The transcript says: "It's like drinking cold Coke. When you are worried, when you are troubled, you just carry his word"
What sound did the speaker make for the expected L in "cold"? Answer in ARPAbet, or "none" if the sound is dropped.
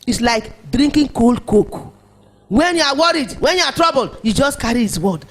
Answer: L